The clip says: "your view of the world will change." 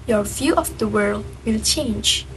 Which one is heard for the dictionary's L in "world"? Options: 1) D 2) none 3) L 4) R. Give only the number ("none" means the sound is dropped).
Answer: 3